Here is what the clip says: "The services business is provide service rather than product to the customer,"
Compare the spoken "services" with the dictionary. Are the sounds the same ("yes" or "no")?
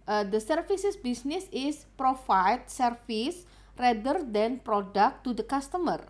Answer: no